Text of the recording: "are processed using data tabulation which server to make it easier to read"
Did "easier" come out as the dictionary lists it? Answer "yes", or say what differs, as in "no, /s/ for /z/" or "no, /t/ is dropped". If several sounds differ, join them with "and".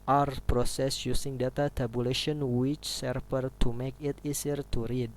no, /s/ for /z/